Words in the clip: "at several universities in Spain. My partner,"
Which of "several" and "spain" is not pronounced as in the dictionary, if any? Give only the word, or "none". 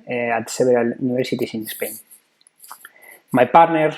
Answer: several